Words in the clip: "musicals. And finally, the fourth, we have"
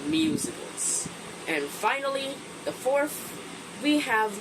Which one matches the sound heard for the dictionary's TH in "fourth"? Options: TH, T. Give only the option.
TH